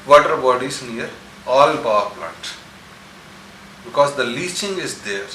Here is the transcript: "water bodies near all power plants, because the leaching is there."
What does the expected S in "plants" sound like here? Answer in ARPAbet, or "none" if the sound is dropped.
none